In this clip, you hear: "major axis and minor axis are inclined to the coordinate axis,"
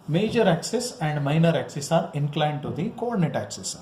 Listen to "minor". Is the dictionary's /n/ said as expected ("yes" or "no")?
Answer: yes